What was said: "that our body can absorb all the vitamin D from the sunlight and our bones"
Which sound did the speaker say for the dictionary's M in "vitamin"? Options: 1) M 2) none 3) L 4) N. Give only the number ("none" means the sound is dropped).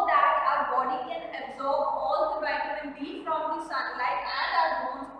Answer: 2